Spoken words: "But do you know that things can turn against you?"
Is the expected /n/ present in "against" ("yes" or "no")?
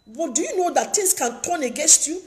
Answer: yes